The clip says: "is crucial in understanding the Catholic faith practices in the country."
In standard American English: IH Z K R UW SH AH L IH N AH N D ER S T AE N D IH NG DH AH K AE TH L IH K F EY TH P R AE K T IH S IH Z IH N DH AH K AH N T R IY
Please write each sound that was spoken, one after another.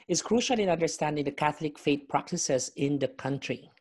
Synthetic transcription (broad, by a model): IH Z K R UW SH AH L IH N AH N D ER S T AE N D IH NG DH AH K AE TH L IH K F EY T P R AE K T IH S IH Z IH N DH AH K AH N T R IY